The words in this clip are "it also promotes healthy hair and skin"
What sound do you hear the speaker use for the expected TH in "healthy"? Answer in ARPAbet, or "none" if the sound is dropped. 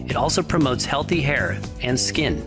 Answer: TH